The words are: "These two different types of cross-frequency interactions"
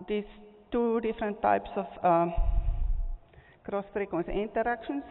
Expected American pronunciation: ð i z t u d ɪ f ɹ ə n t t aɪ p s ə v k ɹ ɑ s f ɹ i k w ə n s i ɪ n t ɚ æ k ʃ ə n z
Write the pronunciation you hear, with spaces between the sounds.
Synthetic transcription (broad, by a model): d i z t u d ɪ f ɹ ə n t t aɪ p s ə f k ɹ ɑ s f ɹ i k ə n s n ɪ n t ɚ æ k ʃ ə n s